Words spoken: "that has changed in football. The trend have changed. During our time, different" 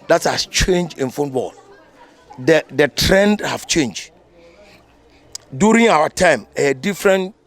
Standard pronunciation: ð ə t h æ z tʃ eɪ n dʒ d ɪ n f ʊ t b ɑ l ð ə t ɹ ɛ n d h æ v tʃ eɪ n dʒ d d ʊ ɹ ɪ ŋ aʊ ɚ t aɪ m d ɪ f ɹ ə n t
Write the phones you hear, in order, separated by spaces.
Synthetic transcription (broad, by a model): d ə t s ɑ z tʃ eɪ n dʒ ɪ n f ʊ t b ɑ l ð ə t ɹ ɛ n d h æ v tʃ eɪ n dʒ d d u ɹ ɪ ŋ aʊ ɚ t aɪ m d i f ɹ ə n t